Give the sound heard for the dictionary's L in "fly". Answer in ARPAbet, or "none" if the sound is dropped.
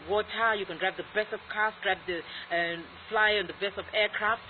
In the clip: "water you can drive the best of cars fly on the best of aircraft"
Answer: L